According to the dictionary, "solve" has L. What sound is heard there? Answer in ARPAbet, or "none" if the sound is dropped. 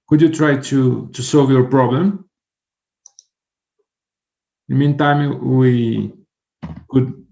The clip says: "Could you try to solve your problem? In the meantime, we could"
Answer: L